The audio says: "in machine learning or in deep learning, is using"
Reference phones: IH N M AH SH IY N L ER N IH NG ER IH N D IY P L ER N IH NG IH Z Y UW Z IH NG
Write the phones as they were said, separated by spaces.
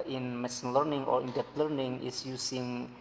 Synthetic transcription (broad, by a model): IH N M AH S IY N L ER N IH NG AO IH N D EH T L ER N IH NG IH S Y UW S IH NG